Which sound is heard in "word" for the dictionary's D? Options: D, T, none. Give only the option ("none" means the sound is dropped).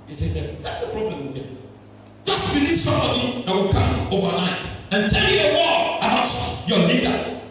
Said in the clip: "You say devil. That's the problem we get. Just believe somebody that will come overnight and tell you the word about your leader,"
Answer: none